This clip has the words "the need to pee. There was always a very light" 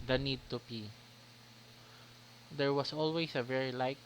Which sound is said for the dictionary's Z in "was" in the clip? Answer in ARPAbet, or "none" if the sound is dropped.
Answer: S